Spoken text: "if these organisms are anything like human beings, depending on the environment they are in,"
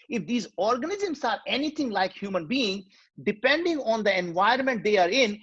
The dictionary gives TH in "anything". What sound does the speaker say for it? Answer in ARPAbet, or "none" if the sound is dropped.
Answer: T